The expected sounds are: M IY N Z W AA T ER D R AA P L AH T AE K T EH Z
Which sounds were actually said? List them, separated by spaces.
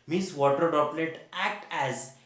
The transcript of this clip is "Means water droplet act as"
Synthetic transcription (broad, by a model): M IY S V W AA T ER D AA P L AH T AE K T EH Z